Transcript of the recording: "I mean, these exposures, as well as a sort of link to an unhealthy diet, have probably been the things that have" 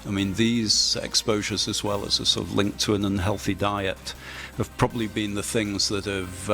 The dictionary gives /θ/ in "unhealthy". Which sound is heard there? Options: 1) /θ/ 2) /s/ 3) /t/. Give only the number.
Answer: 1